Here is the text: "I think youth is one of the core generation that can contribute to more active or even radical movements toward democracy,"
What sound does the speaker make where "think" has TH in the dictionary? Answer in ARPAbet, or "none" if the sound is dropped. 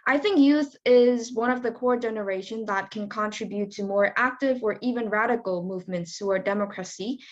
TH